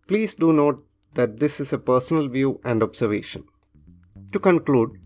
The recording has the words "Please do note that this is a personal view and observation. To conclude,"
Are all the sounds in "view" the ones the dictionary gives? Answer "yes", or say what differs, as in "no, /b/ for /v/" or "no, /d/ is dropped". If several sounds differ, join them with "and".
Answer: yes